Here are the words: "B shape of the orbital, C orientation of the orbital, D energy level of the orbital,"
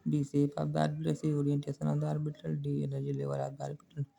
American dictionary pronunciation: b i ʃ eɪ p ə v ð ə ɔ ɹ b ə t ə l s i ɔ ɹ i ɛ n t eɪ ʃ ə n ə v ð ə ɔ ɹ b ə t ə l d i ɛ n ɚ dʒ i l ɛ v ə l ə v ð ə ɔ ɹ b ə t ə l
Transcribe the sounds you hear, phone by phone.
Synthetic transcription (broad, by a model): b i s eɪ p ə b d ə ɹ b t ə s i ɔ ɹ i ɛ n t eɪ s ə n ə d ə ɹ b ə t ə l d i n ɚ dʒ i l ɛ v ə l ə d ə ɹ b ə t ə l